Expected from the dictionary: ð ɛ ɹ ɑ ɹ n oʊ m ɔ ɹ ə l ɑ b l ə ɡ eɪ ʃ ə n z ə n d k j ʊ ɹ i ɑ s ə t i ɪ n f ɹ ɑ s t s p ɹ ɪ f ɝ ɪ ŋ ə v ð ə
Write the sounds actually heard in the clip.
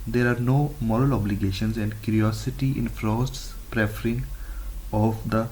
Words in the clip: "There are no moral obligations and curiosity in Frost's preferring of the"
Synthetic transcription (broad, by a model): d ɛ ɹ ɑ ɹ n oʊ m ɔ ɹ ə l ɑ b l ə ɡ eɪ ʃ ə n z ə n d k j ʊ ɹ i ɑ s ə t i ɪ n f ɹ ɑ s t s p ɹ ɪ f ɝ ɪ ŋ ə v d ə